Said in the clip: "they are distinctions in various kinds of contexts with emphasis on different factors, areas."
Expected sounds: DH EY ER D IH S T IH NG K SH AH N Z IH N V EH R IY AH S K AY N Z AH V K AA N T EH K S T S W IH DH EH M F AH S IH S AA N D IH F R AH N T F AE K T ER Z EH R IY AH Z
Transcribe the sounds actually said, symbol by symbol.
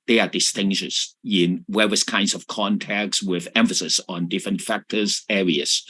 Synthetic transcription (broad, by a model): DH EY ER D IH S T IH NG SH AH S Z IH N W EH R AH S K AY N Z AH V K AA N T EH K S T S W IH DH EH M F AH S IH S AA N D IH F R AH N T F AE K T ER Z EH R IY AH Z